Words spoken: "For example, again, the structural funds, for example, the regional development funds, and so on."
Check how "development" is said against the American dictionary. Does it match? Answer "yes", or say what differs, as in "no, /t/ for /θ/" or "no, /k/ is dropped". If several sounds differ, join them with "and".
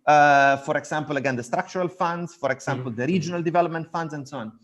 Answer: yes